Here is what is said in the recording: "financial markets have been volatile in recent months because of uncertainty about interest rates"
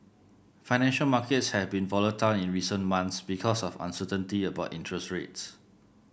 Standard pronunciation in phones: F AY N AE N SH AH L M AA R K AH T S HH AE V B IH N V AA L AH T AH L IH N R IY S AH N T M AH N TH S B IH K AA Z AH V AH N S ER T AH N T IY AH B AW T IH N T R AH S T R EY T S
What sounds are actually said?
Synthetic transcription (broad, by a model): F AY N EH N SH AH L M AA K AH T S HH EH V B IH N V AA L AH T AH L IH N R IY S AH N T M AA N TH S B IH K AA S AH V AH N S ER T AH N T IY AH B AW T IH N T R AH S T R EY T S